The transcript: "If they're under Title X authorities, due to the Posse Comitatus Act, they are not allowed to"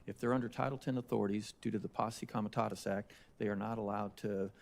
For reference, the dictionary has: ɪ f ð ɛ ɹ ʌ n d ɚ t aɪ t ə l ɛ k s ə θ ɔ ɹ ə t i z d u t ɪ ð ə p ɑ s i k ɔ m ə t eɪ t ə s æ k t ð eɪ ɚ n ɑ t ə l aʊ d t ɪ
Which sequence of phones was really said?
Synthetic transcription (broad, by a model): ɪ f ð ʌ ɹ ʌ n d ɚ t aɪ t l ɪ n ə θ ɔ ɹ ə t i z d u t ɪ ð ə p ɑ s i k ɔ m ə t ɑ t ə s æ k t ð eɪ ɚ n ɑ t ə l aʊ d t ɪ